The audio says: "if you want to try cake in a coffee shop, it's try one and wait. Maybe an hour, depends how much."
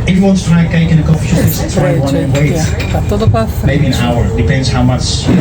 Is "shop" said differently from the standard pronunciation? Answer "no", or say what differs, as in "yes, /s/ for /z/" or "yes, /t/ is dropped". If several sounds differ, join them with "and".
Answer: yes, /p/ is dropped